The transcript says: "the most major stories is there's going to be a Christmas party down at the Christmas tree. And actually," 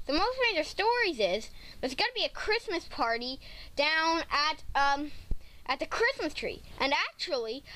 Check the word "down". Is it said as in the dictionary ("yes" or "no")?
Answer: yes